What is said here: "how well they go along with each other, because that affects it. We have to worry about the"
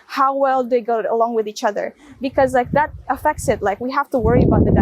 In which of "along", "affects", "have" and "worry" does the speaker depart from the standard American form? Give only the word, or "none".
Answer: have